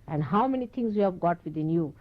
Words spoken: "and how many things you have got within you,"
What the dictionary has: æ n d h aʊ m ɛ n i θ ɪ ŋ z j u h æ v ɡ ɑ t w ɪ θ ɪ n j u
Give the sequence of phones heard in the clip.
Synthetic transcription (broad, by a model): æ n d h aʊ m ɛ n i t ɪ ŋ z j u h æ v ɡ ɑ t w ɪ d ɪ n j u